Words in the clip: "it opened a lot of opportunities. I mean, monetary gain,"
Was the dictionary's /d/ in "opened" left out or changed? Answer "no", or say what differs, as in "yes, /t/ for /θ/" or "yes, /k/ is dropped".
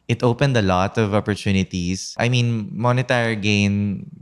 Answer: no